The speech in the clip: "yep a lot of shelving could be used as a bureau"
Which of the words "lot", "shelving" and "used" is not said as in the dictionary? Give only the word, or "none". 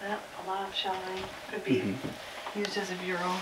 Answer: shelving